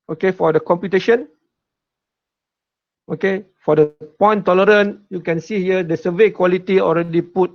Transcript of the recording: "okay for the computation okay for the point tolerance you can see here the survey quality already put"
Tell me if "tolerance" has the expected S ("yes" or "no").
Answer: no